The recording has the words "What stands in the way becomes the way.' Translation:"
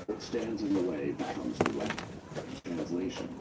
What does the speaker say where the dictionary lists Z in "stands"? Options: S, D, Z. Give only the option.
Z